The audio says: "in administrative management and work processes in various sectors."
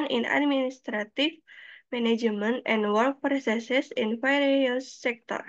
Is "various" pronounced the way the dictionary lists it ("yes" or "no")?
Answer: no